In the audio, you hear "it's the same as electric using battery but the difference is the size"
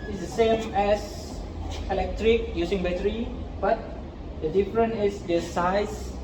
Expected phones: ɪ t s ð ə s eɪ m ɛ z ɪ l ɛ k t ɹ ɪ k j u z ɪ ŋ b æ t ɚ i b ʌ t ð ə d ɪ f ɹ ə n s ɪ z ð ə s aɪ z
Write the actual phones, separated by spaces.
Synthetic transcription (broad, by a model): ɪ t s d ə s eɪ m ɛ s ɪ l ɛ k t ɹ ɪ k j u s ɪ ŋ b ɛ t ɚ i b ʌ t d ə d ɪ f ɹ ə n ɪ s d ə s aɪ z